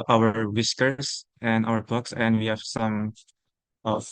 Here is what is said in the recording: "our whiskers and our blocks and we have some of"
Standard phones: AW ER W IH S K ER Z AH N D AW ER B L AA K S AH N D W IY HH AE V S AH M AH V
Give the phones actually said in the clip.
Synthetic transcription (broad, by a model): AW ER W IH S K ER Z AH N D AW ER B AA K S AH N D W IY HH AE V S AH M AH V